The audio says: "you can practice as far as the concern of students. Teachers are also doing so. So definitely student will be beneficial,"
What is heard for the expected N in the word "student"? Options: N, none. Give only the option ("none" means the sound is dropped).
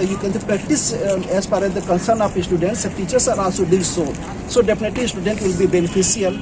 N